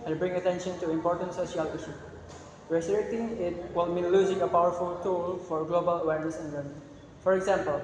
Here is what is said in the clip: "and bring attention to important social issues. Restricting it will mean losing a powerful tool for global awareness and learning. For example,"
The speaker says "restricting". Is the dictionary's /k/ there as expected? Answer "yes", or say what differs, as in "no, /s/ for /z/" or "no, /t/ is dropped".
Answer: no, /k/ is dropped